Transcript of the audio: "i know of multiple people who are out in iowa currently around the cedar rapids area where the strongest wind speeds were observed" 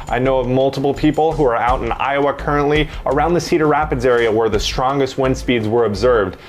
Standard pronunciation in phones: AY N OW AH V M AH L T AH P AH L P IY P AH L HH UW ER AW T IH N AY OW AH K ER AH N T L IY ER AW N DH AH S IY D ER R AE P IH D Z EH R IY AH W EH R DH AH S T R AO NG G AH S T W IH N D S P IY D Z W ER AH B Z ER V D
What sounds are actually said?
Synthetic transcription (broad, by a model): AY N OW AH V M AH L T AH P L P IY P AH L HH UW ER AW T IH N AY OW AH K ER AH N T L IY ER AW N DH AH S IY D ER R AE P IH D Z EH R IY AH W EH R DH AH S T R AO NG G AH S T W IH N S P IY D Z W ER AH B Z ER V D